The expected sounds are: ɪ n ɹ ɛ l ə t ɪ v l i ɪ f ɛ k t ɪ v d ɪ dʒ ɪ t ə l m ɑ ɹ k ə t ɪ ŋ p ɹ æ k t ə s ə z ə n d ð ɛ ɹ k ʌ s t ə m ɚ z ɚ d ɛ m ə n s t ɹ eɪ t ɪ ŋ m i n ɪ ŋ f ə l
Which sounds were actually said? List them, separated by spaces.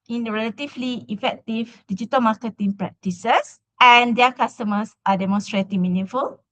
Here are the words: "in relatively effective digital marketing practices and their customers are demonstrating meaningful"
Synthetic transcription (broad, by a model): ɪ n ɹ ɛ l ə t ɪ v l i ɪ f ɛ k t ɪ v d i dʒ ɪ t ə l m ɑ k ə t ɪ ŋ p ɹ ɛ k t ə s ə s ə n d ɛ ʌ k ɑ s t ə m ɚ s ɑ d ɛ m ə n s t ɹ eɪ t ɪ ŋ m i n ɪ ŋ f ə l